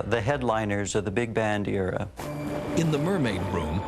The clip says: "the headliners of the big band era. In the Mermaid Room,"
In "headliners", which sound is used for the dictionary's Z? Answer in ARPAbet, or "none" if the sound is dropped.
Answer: Z